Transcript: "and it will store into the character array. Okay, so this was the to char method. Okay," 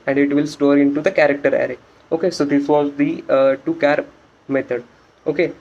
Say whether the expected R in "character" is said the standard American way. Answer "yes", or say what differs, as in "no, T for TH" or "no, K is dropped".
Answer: yes